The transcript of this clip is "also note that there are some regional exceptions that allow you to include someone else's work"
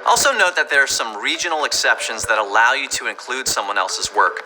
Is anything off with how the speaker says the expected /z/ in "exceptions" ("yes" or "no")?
no